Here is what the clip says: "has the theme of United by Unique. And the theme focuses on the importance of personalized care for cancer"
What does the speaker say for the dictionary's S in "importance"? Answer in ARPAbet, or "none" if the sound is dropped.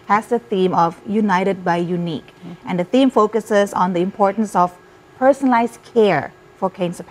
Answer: S